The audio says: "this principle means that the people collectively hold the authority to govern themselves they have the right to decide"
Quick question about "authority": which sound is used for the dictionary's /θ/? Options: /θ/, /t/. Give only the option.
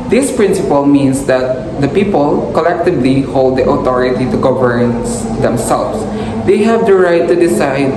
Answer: /t/